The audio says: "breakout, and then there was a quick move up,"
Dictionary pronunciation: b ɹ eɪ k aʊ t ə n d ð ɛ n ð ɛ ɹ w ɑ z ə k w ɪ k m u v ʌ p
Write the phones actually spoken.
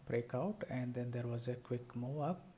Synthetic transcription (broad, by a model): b ɹ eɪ k aʊ t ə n d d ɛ n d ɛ ɹ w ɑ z ə k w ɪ k m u ʌ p